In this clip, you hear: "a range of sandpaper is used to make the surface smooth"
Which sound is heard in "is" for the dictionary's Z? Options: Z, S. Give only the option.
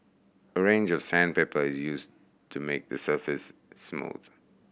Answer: Z